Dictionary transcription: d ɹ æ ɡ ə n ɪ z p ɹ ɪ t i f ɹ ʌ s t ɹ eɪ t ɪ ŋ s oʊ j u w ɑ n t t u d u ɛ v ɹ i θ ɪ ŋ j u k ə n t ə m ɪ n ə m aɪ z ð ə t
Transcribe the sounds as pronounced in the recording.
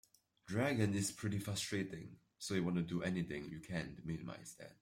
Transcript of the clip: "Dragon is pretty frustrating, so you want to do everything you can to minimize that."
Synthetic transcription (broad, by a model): d ɹ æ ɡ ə n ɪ s p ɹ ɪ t i f ɹ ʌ s t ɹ eɪ t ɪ ŋ s oʊ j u w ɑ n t t u d u ɛ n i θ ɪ ŋ j u k ə n m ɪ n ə m aɪ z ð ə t